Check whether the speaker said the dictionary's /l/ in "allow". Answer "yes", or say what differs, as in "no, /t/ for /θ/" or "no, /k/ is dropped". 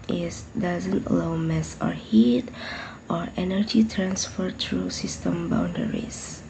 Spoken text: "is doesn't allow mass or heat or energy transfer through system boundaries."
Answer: no, /l/ is dropped